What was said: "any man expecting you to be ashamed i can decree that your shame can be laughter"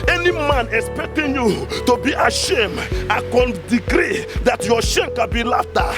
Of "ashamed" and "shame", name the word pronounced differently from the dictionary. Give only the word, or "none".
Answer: none